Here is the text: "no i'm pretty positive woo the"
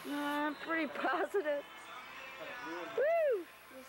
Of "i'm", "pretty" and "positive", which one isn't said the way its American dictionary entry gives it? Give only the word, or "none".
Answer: none